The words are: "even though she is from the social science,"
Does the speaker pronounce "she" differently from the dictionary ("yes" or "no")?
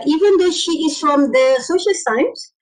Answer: no